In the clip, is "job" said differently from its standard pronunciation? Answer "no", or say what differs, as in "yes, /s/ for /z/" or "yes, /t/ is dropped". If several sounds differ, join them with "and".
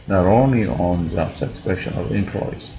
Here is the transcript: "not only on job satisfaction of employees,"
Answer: yes, /z/ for /dʒ/